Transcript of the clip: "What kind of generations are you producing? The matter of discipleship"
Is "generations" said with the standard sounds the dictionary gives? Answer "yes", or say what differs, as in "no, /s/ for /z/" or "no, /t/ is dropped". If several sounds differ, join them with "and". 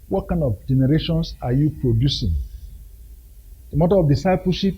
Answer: no, /s/ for /z/